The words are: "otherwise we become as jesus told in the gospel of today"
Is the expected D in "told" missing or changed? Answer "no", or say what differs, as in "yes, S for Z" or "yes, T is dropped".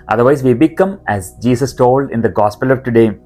no